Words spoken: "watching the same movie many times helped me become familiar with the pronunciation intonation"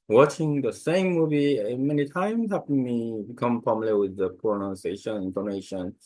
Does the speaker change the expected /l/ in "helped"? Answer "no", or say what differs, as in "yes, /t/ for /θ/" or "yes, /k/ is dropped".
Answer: yes, /l/ is dropped